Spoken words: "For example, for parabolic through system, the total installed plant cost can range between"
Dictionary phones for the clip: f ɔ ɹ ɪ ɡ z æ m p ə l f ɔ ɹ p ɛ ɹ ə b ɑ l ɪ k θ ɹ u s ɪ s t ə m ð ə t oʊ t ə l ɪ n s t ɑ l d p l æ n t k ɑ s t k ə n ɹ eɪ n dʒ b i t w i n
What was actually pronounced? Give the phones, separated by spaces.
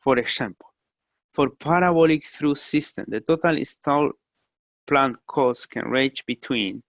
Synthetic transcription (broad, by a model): f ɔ ɹ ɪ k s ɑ m p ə l f ɔ ɹ p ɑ ɹ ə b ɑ l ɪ k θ ɹ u s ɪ s t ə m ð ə t oʊ t ə l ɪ s t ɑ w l p l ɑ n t k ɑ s k ə n ɹ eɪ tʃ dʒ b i t w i n